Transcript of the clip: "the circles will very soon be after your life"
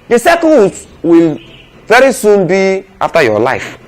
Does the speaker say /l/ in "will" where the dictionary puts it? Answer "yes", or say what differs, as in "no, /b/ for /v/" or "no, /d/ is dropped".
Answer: yes